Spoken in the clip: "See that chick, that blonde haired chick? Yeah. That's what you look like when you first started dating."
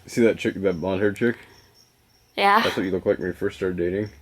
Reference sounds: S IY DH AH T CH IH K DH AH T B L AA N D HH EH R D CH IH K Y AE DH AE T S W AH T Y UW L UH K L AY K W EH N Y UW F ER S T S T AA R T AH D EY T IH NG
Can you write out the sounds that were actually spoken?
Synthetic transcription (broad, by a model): S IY DH AH T CH IH K DH AH T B AA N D HH EH R D CH IH K Y AE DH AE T S W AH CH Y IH L UH K L AY K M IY F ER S S T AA R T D EY T IH NG